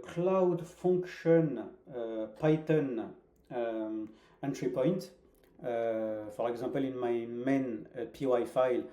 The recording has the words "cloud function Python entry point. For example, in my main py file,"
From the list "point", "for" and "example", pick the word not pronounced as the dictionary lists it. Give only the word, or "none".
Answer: example